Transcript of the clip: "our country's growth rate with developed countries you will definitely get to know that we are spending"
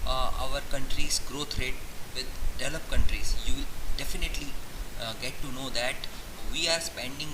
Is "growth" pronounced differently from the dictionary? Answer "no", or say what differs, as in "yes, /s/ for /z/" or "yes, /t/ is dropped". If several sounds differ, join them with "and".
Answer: yes, /t/ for /θ/